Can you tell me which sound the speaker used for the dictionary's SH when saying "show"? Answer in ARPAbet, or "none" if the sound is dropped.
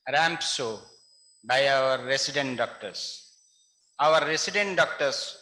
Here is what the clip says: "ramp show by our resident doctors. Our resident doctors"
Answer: S